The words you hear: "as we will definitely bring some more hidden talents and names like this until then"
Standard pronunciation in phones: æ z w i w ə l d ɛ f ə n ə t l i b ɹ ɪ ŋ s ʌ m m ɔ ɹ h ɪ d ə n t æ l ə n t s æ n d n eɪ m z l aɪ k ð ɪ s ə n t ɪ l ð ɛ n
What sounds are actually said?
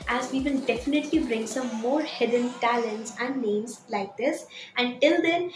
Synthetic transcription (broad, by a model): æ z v i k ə n d ɛ f ə n ə t l i b ɹ ɪ ŋ s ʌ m m ɔ ɹ h ɪ d ə n t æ l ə n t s æ n d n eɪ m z l aɪ k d ɪ s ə n t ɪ l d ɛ n